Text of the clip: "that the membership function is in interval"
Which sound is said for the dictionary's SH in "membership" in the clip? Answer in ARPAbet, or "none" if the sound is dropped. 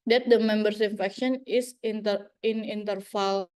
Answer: S